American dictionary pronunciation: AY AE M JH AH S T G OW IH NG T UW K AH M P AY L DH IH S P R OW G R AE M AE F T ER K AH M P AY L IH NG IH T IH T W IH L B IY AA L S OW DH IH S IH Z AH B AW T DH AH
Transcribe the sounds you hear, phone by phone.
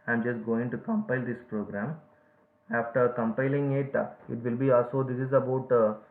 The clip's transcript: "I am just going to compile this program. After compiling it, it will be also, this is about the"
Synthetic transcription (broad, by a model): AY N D JH AH S T G OW IH NG T UW K AH M P AY L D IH S P R OW G R AE M AE F T ER K AH M P AY L IH NG IH T IH T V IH L B IY AA L S OW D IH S IH Z AH B AW T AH